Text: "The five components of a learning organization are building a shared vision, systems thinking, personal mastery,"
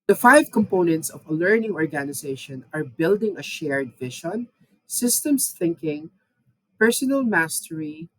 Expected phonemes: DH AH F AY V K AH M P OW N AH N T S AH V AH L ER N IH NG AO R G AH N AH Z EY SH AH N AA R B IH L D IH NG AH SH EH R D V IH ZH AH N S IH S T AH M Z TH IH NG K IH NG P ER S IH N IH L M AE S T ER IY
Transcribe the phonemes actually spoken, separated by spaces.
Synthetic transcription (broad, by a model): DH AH F AY V K AH M P OW N AH N T S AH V AH L ER N IH NG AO R G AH N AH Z EY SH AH N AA R B IH L D IH NG AH SH EH R D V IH SH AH N S IH S T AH M S TH IH NG K IH NG P ER S IH N IH L M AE S T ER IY